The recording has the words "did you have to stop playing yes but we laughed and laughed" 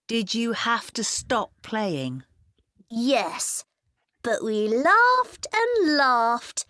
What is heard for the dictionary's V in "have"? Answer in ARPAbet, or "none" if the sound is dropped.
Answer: F